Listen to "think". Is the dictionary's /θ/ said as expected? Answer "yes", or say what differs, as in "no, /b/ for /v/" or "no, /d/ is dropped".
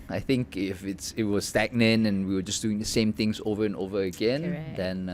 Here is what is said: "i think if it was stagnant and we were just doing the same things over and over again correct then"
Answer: yes